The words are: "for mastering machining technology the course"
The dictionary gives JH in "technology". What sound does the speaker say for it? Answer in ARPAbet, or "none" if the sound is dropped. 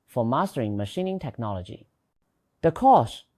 JH